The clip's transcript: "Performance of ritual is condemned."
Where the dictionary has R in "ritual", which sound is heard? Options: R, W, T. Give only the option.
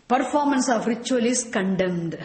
R